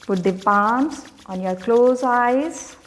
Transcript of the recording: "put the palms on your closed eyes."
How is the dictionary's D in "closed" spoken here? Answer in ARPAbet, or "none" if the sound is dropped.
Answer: none